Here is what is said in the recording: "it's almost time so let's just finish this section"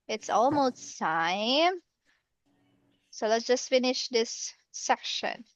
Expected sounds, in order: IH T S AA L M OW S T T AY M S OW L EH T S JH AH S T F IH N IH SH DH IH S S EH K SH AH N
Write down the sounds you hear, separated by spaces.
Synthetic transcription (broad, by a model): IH T S AA L M OW S T S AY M S OW L EH T S JH AH S T F IH N IH SH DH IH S S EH K SH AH N